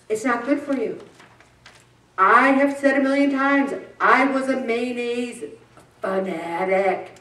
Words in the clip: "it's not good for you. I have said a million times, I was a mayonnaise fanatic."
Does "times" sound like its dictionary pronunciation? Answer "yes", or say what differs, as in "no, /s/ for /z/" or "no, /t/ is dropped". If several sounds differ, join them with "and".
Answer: yes